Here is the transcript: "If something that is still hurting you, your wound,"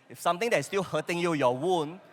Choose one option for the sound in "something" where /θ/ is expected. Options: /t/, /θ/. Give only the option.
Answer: /t/